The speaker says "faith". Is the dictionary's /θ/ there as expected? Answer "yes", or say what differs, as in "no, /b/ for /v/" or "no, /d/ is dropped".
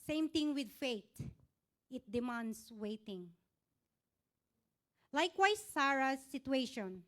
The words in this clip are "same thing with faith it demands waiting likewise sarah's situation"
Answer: no, /t/ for /θ/